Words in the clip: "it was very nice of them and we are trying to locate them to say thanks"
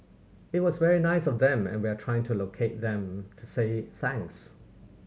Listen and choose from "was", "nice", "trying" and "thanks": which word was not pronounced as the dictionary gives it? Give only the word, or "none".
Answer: none